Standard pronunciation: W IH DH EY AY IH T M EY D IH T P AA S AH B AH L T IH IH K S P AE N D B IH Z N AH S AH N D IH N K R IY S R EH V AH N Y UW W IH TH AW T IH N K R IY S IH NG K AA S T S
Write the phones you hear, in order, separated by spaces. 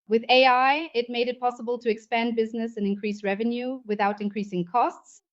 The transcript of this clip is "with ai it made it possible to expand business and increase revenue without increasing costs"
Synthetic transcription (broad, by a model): W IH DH EY AY IH T M EY D IH T P AA S AH B AH L T IH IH K S P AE N B IH Z N AH S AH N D IH N K R IY S R EH V AH N Y UW W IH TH AW T IH N K R IY S IH NG K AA S T S